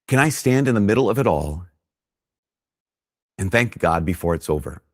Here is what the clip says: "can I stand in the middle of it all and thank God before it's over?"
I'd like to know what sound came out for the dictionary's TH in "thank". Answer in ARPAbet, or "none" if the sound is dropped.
TH